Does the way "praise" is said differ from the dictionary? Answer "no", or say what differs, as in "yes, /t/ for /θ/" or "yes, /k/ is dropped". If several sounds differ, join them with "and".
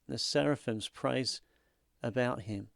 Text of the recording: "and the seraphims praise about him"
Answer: no